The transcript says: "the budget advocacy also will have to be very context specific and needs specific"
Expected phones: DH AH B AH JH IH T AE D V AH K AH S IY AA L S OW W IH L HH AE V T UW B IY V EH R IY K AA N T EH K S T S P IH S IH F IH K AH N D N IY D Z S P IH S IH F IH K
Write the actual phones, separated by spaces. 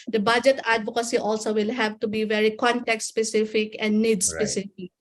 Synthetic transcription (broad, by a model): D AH B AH JH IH T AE D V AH K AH S IY AA L S OW W IH L HH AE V T UW B IY V EH R IY K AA N T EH K T S P IH S IH F IH K AH N D N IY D S P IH S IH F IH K